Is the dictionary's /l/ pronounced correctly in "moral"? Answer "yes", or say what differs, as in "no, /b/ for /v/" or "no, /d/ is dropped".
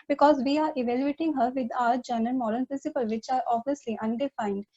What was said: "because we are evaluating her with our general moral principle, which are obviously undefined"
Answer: no, /n/ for /l/